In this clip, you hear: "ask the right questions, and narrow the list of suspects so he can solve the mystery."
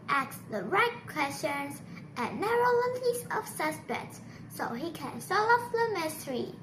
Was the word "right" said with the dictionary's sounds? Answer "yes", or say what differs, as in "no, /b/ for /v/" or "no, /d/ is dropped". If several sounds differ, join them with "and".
yes